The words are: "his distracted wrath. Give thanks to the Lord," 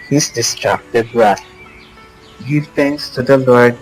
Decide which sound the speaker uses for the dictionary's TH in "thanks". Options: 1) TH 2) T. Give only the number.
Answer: 2